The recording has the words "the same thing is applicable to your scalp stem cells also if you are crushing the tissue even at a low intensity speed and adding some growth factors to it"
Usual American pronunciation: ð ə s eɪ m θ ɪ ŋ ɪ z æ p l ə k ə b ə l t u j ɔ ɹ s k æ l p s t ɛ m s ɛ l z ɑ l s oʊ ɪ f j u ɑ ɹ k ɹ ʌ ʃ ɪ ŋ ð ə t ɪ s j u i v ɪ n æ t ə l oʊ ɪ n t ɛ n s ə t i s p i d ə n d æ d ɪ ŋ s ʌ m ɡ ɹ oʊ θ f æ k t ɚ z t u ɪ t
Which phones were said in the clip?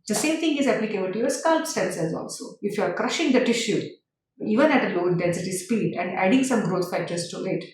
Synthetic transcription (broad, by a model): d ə s eɪ m t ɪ ŋ ɪ z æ p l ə k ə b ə l t u j ɔ ɹ s k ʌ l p s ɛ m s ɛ z ɑ l s oʊ ɪ f j u ɑ ɹ k ɹ ʌ ʃ ɪ ŋ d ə t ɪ ʃ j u i v ɪ n æ t ə l oʊ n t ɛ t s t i s p i d ə n d æ d ɪ ŋ s ʌ m ɡ ɹ oʊ t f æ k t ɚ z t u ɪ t